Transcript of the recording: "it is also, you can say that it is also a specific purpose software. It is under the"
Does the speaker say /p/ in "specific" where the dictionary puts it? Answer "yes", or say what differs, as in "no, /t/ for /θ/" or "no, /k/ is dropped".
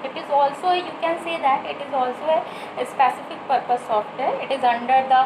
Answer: yes